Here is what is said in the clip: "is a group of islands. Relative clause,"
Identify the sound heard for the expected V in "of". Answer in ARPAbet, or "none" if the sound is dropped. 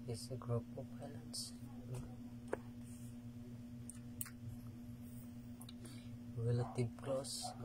P